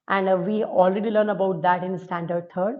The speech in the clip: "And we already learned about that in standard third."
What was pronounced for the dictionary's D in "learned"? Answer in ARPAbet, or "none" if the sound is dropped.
none